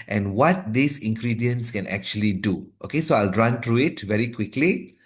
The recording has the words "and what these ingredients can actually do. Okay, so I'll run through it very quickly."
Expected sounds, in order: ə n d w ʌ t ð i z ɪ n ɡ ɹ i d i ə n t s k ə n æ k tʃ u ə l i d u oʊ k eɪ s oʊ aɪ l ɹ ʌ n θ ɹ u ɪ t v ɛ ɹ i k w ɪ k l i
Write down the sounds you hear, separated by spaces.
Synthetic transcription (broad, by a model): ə n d w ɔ t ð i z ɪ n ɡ ɹ i d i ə n s k ə n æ k tʃ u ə l i d u oʊ k eɪ s oʊ aɪ l ɹ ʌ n t ɹ u ɪ t v ɛ ɹ i k w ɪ k l i